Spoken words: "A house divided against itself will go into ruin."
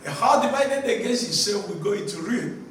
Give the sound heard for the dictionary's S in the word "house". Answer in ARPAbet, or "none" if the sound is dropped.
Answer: none